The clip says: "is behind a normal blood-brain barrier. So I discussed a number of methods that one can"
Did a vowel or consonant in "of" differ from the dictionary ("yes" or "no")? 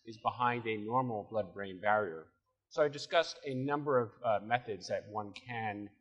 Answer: no